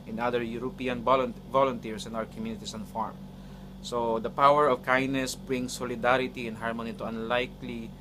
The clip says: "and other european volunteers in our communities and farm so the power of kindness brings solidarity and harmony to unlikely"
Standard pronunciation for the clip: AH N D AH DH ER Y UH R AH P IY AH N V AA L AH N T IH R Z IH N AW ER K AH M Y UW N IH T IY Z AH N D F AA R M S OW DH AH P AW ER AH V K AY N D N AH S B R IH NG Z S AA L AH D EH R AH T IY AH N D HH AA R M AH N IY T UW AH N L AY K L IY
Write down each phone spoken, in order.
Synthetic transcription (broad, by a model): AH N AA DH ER Y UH R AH P IY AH N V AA L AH N T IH R S IH N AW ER K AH M Y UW N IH T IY S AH N F AA R M S OW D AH P AW ER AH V K AY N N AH S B R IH NG S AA L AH D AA R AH T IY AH N HH AA R M AH N IY T UW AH N L AY K L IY